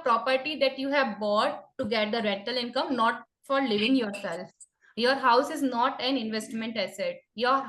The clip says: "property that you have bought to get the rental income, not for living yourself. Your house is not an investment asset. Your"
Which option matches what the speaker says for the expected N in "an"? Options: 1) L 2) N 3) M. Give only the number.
2